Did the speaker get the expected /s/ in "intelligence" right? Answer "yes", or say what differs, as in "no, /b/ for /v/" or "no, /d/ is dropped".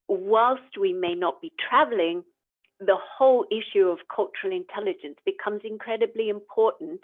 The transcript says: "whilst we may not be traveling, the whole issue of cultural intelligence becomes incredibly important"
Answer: yes